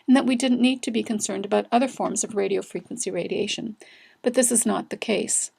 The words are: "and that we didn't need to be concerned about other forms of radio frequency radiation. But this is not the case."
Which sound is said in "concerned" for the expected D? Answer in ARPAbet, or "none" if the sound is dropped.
D